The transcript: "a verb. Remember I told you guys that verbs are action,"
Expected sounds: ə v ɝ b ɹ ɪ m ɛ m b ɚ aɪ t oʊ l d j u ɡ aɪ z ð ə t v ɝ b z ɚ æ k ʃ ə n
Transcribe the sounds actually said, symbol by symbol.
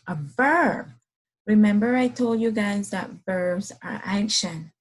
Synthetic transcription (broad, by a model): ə v ɝ b ɹ ɪ m ɛ m b ɚ aɪ t oʊ l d j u ɡ aɪ z ð ə t v ɝ b z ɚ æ k ʃ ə n